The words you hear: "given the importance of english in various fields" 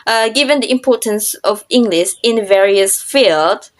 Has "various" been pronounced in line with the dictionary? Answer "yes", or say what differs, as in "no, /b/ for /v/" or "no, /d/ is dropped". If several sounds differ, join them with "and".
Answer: yes